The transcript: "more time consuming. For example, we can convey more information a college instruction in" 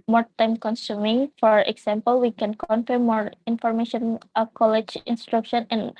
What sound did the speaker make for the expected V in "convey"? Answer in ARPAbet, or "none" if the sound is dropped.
F